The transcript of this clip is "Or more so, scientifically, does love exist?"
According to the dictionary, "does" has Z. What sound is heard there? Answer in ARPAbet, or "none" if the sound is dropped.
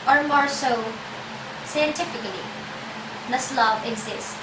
S